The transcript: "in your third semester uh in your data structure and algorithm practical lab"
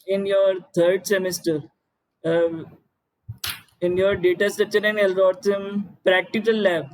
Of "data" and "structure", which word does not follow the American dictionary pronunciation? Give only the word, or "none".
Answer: structure